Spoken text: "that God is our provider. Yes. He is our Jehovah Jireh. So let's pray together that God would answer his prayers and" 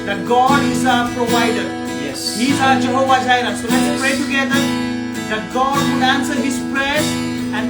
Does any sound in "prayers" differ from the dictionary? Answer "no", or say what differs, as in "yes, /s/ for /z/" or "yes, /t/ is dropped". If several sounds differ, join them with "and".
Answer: yes, /z/ is dropped